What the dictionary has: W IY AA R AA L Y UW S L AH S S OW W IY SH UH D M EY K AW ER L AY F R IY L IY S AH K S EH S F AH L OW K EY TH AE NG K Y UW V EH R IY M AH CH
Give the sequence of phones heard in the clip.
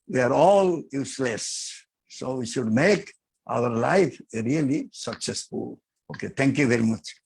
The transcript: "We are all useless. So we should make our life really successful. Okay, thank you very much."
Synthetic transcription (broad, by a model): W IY AA R AA L Y UW S L AH S S OW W IY SH UH D M EY K AW ER L AY F R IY L IY S AH K S EH S F AH L OW K EY T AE NG K Y UW V EH R IY M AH CH